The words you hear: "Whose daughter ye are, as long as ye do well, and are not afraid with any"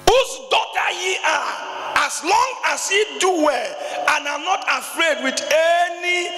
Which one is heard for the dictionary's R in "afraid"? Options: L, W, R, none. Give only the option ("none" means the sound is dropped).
R